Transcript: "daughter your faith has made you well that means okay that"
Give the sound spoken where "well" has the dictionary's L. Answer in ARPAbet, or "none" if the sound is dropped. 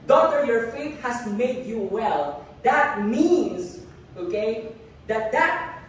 L